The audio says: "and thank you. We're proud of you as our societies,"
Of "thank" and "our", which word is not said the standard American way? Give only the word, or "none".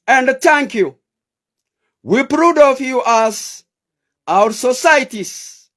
thank